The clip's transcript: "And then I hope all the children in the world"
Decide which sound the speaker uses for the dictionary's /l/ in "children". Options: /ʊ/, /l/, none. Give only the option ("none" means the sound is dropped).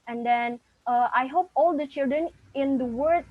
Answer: /l/